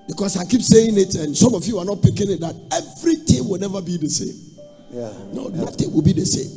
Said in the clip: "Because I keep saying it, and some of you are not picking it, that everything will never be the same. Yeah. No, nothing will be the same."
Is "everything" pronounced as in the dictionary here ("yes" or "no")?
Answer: no